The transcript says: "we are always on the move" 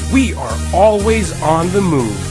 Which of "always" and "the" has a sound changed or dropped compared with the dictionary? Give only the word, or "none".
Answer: none